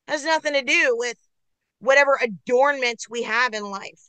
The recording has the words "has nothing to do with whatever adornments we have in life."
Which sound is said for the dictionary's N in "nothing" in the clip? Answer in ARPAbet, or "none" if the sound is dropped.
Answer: N